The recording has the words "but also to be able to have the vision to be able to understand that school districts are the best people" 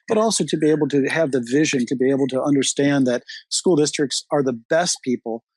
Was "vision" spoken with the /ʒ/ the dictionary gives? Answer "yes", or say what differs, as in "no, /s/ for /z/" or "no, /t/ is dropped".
yes